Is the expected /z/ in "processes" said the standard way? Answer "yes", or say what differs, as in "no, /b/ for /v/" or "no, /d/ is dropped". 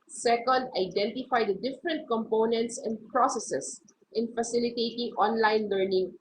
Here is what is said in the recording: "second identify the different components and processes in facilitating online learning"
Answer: no, /s/ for /z/